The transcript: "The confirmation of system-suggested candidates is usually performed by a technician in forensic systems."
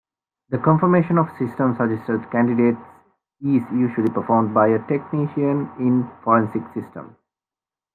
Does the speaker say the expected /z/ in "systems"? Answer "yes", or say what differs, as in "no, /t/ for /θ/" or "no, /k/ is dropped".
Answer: no, /z/ is dropped